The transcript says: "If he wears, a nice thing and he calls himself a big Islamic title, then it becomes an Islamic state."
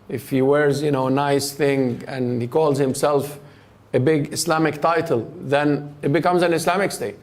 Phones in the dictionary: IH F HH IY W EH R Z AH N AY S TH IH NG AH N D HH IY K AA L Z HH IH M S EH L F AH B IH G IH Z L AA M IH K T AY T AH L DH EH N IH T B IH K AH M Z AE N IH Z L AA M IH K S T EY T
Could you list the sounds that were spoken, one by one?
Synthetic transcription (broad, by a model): IH F HH IY W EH R Z AH N AY S TH IH NG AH N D HH IY K AA L Z HH IH M S EH L F AH B IH G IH S L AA M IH K T AY T AH L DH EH N IH T B IH K AH M Z AE N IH S L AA M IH K S T EY T